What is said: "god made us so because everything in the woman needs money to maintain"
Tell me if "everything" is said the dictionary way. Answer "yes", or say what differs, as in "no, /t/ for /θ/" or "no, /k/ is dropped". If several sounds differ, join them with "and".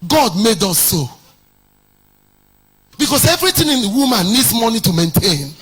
no, /t/ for /θ/